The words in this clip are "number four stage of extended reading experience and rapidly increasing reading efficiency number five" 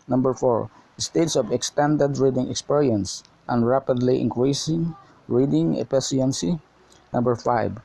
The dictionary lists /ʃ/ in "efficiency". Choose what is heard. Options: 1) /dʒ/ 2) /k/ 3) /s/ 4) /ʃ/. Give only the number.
3